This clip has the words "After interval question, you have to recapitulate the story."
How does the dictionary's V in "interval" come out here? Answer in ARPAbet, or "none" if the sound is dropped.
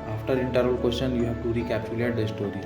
none